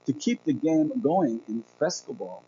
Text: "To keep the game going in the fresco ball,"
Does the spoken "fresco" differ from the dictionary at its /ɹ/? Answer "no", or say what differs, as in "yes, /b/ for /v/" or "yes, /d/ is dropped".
yes, /ɹ/ is dropped